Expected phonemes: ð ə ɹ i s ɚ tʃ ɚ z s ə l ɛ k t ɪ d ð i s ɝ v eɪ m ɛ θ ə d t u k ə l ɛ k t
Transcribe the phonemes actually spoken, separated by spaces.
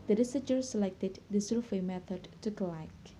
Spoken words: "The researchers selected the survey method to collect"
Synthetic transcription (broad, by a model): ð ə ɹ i s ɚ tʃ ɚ s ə l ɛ k t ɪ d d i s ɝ f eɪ m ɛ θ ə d t u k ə l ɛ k